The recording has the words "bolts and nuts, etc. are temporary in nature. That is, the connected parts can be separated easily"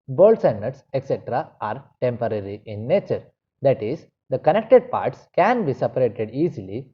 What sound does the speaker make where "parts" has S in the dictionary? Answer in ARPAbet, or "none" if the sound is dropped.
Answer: S